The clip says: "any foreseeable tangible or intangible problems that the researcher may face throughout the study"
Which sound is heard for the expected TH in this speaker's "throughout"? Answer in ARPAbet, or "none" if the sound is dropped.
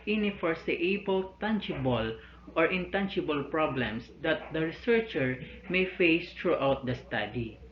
T